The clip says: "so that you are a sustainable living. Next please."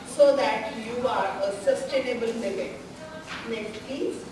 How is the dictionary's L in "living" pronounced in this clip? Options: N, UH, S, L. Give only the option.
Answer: N